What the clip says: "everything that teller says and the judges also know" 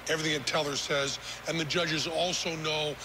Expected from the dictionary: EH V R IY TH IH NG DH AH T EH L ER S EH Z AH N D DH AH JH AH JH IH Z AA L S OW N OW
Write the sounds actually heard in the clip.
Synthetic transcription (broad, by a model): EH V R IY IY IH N T EH L ER S EH Z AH N DH AH JH AH JH IH Z AA L S OW N OW